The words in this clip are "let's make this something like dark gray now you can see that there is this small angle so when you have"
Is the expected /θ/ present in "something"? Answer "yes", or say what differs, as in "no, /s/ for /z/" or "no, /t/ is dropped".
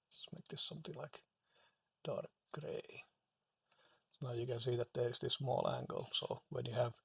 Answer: no, /t/ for /θ/